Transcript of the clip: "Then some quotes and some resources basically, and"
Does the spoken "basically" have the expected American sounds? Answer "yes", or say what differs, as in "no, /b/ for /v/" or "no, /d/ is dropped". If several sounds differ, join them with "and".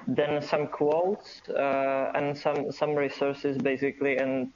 yes